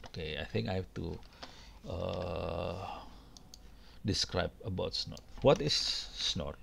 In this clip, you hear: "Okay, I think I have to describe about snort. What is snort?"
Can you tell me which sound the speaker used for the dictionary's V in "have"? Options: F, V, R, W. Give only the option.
F